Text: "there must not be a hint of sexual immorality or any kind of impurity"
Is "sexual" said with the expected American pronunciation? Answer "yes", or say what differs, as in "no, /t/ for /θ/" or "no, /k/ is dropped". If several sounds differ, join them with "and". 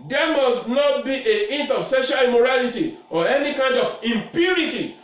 no, /k/ is dropped